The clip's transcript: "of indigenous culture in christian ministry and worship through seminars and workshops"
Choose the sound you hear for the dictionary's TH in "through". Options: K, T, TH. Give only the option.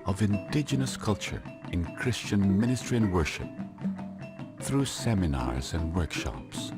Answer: TH